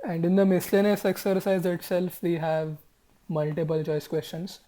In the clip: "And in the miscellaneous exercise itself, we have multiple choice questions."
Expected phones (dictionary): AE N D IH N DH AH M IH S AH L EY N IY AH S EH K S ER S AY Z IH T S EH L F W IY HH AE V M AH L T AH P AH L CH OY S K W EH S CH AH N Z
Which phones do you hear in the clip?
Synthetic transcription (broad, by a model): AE N D IH N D AH M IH S L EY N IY S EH K S ER S AY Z IH T S EH L F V IY HH AE V M AH L T AH P AH L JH OY S K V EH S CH AH N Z